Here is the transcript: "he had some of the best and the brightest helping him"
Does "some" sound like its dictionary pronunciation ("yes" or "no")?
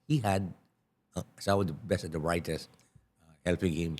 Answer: no